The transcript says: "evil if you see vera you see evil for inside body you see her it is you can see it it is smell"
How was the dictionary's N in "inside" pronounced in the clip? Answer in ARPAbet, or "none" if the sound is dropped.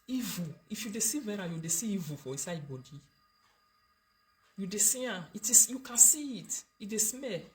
none